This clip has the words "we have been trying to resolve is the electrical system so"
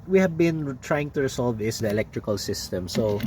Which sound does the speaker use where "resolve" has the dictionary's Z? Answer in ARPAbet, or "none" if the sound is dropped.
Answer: S